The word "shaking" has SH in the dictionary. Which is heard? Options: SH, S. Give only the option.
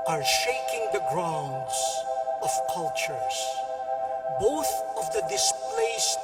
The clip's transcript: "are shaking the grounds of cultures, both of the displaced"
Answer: SH